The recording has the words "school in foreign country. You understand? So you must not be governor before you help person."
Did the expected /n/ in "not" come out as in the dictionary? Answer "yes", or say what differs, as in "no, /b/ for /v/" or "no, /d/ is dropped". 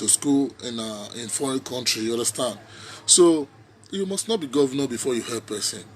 yes